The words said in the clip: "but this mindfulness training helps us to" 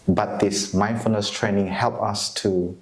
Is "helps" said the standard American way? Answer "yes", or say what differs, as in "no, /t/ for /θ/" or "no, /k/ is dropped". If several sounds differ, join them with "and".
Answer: no, /s/ is dropped